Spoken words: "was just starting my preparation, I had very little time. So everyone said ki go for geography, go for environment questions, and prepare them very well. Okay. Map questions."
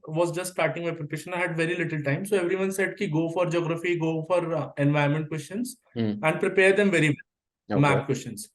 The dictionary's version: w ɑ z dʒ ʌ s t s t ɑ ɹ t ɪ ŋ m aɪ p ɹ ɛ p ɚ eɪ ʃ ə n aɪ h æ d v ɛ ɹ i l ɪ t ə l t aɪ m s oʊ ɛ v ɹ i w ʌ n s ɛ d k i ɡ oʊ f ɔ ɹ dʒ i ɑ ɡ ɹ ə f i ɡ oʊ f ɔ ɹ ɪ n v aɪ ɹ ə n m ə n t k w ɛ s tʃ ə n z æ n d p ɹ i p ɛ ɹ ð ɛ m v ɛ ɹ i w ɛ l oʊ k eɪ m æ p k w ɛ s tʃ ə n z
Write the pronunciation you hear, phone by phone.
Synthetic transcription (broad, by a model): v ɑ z dʒ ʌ s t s t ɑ ɹ t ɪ ŋ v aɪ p ɹ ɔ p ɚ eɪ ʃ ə n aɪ h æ d v ɛ ɹ i l ɪ t ə l t aɪ m s oʊ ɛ v ɹ i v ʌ n s ɛ d k i ɡ oʊ f ɔ ɹ dʒ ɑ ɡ ɹ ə f i ɡ oʊ f ɔ ɹ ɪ n v aɪ ə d m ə n t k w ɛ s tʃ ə n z æ n d p ɹ i p ɛ ɹ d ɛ m v ɛ ɹ i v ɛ l m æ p k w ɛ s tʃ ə n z